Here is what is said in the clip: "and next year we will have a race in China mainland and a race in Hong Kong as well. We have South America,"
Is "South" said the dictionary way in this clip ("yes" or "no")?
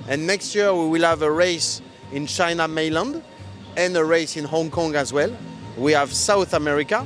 yes